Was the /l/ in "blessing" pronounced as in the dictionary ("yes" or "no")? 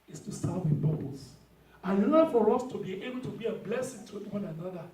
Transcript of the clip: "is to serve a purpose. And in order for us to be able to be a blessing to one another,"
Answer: yes